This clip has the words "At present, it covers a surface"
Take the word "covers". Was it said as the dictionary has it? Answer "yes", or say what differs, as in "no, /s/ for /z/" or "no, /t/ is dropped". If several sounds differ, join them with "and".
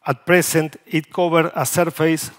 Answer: no, /z/ is dropped